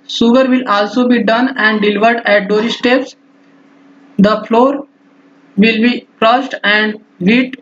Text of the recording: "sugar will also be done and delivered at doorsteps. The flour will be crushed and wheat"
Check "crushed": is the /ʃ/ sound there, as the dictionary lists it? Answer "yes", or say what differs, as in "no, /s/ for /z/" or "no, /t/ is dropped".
no, /s/ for /ʃ/